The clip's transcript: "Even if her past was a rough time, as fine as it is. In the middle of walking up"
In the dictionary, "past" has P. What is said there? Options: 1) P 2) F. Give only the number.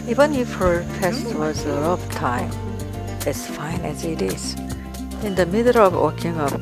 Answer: 2